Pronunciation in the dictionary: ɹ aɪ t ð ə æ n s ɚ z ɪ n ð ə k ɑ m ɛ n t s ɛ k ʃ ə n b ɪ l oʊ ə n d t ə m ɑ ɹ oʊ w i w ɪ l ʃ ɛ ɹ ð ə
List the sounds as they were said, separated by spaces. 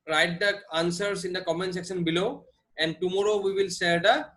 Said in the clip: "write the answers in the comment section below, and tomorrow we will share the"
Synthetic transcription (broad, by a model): ɹ aɪ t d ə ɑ n s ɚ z ɪ n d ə k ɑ m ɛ n s ɛ k ʃ ə n b ɪ l oʊ ə n d t ə m ɑ ɹ oʊ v i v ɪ l s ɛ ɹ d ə